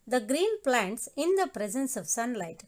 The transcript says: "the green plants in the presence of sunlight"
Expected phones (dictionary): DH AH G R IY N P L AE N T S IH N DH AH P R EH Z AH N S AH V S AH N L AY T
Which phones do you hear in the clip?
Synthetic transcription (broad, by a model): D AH G R IY N P L AE N T S IH N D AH P R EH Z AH N S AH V S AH N L AY T